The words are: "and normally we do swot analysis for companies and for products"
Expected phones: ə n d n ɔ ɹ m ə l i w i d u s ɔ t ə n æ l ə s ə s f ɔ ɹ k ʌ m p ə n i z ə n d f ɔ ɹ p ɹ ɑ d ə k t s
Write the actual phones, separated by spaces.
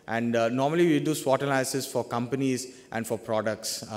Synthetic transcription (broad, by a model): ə n d n ɔ ɹ m ə l i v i d u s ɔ t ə l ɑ ə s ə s f ɔ ɹ k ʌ m p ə n i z ə n d f ɔ ɹ p ɹ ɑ d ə k t s